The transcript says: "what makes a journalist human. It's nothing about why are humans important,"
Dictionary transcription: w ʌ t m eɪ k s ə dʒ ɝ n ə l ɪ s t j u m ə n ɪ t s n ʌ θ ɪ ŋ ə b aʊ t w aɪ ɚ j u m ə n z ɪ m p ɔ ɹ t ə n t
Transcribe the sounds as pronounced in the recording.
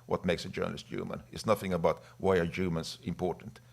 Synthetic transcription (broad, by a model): w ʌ t m eɪ k s ə dʒ ɝ n ə l ɪ s t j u m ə n ɪ t s n ʌ θ ɪ ŋ ə b aʊ t w aɪ ɚ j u m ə n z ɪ m p ɔ ɹ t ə n t